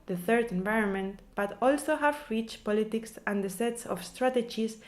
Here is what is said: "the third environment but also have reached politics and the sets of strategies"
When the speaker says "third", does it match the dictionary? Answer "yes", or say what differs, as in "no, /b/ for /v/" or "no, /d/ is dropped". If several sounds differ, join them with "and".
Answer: yes